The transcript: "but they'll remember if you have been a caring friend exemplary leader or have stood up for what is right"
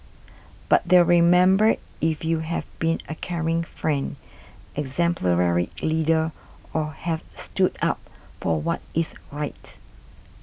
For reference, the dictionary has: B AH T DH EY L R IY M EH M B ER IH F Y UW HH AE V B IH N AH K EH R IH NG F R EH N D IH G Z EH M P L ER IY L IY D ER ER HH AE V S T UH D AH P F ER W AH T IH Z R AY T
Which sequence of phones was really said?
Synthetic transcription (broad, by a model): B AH T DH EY R IY M EH M B ER IH F Y UW HH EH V B IH N AH K EH R IH NG F R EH N D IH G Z EH M P L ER IY L IY D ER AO HH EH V S T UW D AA P F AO W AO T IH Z R AY T